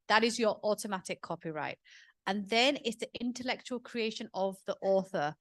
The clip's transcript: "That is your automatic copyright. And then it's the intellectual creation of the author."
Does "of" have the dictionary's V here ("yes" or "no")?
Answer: yes